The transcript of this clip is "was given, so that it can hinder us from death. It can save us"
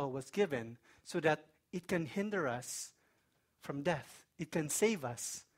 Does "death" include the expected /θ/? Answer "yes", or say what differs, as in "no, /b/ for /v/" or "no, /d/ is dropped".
yes